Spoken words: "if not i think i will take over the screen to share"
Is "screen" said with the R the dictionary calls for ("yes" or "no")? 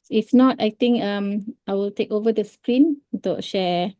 yes